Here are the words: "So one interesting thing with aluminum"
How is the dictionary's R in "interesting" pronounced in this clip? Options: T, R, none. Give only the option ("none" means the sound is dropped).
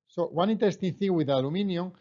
none